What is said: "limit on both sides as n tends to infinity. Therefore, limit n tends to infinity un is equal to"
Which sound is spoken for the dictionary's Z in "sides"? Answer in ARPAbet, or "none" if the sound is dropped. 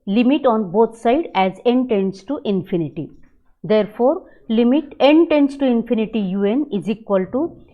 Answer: none